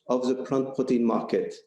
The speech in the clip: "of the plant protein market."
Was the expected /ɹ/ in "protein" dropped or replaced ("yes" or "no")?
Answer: yes